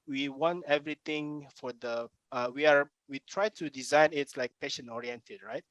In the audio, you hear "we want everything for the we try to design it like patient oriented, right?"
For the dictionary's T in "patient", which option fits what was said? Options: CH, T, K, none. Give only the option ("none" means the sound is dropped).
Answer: none